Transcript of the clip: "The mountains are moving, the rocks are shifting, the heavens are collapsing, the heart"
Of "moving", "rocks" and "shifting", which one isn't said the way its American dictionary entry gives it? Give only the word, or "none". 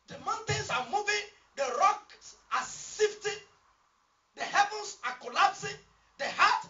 shifting